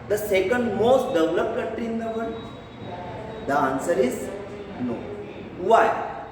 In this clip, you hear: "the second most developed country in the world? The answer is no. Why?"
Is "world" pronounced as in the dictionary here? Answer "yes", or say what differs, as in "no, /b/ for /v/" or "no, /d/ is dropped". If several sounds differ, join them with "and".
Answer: no, /n/ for /l/